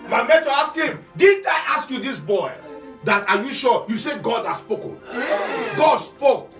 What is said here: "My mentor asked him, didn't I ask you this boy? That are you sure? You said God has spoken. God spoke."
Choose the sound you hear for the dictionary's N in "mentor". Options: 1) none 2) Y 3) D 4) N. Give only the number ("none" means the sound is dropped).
1